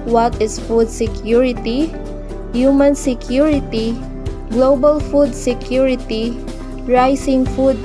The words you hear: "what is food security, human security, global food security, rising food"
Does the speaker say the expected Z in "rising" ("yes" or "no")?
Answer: no